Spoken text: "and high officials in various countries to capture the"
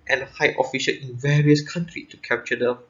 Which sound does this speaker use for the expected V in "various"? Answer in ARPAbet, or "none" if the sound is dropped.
V